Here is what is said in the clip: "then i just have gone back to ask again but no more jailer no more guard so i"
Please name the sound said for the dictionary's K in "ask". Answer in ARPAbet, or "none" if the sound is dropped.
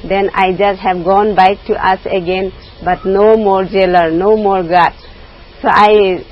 none